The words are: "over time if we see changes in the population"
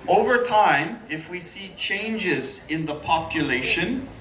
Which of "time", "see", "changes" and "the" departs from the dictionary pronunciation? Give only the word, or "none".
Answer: none